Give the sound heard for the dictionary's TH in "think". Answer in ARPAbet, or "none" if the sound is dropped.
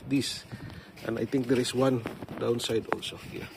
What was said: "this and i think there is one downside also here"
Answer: T